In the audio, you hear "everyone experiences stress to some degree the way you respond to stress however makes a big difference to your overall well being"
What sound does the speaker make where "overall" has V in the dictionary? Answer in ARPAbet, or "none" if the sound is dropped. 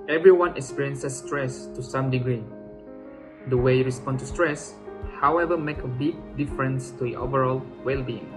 V